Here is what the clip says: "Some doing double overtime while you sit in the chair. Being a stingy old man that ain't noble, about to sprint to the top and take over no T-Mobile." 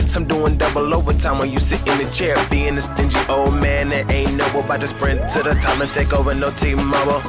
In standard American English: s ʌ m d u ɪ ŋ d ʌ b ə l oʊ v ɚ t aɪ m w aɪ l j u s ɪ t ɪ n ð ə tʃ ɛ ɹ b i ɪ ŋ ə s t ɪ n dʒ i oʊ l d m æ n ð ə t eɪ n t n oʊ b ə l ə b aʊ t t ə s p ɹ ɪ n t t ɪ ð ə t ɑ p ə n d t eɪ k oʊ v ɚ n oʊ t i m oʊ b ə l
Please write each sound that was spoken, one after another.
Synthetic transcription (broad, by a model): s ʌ m d u ɪ ŋ d ʌ b l oʊ v ɚ t aɪ m w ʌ n j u s ɪ t ɪ n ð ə tʃ ɛ ɹ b i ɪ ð ə s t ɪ n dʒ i oʊ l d m æ n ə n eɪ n n oʊ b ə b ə ɪ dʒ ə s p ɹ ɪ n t t ɪ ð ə t ɑ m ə n t eɪ k oʊ v ɚ n oʊ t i m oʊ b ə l